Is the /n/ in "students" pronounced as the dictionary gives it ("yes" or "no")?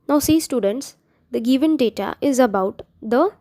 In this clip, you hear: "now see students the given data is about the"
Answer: yes